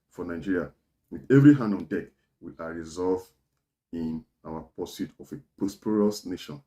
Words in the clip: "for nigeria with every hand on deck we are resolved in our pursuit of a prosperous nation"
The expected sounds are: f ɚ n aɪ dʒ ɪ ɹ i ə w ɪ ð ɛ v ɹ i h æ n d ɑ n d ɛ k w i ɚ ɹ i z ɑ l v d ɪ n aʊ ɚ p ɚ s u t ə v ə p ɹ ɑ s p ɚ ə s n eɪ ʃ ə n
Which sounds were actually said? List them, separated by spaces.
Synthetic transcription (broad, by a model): f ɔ n aɪ dʒ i ɹ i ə w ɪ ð ɛ v ɹ i h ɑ n d ɑ n d ɛ k w i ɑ ɹ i z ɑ l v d ɪ n aʊ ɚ p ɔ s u t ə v ə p ɑ s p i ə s n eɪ ʃ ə n